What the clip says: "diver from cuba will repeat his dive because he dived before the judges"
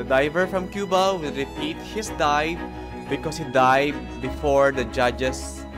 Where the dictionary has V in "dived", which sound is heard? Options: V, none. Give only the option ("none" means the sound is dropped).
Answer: none